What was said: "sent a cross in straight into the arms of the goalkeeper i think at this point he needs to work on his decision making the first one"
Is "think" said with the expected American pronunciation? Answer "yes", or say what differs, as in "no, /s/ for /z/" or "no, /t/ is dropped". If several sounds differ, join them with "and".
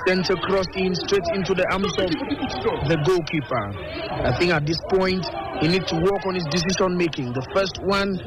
yes